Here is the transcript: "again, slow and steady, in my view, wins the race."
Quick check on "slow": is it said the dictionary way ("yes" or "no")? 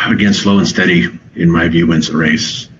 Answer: yes